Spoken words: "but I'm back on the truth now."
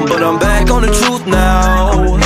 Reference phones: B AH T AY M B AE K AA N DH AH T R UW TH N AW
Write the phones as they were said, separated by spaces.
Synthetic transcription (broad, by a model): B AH T AY M B AE K N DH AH T R UW TH N AW